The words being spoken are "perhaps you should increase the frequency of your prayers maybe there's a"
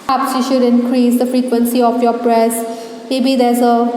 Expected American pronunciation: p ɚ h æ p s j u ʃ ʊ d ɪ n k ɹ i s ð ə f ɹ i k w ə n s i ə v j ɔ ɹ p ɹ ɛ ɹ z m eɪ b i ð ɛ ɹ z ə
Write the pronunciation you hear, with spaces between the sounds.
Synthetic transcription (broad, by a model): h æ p s j u ʃ ʊ d ɪ n k ɹ i s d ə f ɹ i k w ə n s i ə f j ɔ p ɹ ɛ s m eɪ b i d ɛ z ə